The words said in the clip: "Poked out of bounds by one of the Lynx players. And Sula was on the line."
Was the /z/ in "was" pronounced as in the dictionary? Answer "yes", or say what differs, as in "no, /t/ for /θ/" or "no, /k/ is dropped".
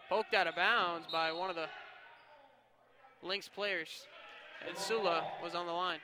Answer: yes